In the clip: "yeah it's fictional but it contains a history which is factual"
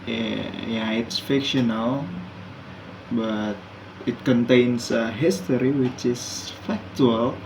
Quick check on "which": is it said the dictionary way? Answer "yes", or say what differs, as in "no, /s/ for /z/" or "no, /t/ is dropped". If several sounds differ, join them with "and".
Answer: yes